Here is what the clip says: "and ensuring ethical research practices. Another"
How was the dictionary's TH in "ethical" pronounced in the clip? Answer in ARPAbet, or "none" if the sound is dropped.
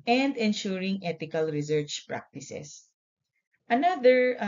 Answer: T